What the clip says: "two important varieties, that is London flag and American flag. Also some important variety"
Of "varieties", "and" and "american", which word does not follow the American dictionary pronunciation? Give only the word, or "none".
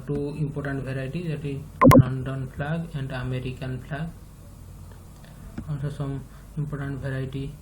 varieties